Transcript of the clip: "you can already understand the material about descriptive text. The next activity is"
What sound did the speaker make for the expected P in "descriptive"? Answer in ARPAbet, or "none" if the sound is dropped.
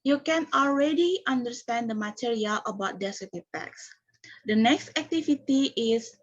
none